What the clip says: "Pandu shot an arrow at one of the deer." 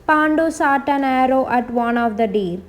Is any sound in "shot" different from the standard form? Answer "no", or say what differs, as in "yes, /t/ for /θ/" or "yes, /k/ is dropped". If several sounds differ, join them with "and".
yes, /s/ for /ʃ/